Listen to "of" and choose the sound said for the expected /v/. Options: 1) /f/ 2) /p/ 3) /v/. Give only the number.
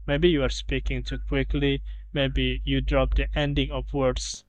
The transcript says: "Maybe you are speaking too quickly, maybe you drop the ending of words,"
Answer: 2